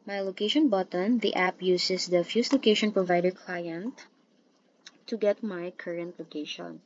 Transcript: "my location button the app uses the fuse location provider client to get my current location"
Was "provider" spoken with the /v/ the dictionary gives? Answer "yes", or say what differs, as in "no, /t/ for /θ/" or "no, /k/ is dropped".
yes